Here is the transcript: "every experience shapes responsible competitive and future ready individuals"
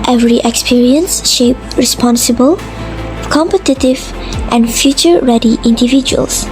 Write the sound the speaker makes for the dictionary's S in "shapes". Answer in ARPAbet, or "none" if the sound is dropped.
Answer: none